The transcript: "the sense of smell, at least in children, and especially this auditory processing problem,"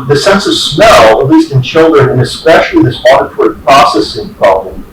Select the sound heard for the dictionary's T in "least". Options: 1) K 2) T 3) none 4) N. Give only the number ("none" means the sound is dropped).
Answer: 2